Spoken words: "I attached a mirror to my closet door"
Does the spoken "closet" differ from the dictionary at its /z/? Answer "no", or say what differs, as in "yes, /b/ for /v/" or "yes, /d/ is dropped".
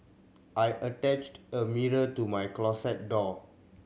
yes, /s/ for /z/